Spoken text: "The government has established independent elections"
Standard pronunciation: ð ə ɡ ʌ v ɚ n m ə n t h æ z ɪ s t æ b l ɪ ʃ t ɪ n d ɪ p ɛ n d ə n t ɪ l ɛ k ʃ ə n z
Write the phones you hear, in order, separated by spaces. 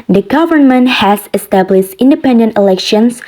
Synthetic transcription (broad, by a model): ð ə ɡ ʌ v ɚ n m ə n t h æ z ɪ s t æ b l ɪ ʃ t ɪ n d ɪ p ɛ n d ə n t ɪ l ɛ k ʃ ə n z